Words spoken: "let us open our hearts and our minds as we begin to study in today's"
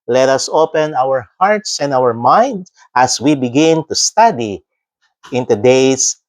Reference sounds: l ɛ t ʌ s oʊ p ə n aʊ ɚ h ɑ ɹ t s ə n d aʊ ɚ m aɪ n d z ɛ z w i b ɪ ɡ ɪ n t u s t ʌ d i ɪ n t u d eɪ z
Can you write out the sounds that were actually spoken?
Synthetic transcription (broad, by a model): l ɛ t ʌ s oʊ p ə n aʊ ɚ h ɑ ɹ t s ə n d aʊ ɚ m aɪ n d ɑ s w i b ɪ ɡ ɪ n t u s t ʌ d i ɪ n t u d eɪ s